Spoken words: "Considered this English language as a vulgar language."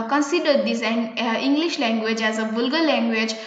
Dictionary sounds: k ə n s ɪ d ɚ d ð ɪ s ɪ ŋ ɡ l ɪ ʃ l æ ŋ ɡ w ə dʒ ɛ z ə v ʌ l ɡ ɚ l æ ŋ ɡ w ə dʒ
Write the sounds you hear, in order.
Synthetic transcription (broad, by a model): k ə n s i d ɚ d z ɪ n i ŋ ɡ l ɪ ʃ l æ ŋ ɡ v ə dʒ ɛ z ə b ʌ l ɡ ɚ l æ ŋ ɡ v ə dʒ